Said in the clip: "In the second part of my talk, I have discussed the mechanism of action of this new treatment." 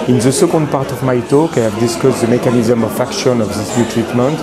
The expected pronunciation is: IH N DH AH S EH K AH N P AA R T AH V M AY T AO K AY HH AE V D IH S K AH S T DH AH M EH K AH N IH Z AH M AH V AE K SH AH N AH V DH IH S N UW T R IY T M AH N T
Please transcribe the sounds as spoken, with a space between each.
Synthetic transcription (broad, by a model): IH N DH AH S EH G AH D P AA R T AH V M AY T AO K AY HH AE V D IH S K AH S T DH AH M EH K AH N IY Z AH M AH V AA K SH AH N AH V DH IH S N UW T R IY T M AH N T